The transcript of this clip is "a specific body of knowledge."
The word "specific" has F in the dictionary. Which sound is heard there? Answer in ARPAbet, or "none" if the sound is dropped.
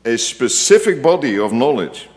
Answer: F